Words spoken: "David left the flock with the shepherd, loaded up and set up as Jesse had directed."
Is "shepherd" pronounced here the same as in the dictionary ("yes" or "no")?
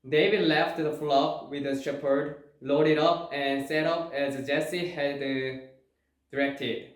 yes